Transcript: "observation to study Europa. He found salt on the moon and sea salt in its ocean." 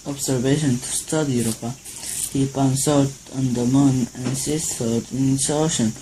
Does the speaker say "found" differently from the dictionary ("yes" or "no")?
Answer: yes